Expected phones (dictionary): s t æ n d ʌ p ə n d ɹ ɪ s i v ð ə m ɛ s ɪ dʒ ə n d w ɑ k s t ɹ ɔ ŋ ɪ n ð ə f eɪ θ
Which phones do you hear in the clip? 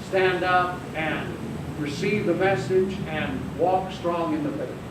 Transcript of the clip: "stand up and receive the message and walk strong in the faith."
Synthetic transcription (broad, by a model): s t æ n d ʌ p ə n ɹ ɪ s i v ð ə m ɛ s ɪ dʒ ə n w ɑ k s t ɹ ɔ ŋ ɪ n ð ə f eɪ